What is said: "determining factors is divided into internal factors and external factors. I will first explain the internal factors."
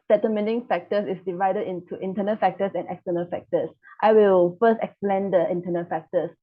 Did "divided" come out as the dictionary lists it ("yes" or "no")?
yes